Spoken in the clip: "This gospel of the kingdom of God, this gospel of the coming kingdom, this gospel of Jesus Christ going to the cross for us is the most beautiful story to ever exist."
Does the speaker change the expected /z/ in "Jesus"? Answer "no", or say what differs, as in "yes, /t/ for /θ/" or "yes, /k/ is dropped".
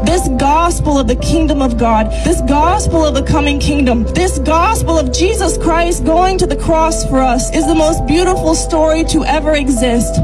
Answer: no